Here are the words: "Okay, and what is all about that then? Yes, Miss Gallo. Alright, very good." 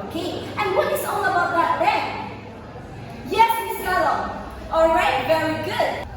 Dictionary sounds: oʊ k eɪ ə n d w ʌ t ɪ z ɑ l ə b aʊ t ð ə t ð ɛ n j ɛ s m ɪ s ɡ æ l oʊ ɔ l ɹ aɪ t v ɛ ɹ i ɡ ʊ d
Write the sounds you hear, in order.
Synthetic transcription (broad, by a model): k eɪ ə n w ʌ t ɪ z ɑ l ə b aʊ t ð ə t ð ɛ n j ɛ s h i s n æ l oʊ ɔ l ɹ aɪ t v ɛ ɹ i ɡ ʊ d